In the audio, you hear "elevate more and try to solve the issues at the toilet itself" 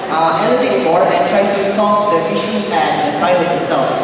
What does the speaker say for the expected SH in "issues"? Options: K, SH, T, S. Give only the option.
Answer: SH